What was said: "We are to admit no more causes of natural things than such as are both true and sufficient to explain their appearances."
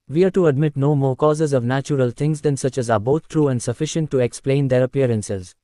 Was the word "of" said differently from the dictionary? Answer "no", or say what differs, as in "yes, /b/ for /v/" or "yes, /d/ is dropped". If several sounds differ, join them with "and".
no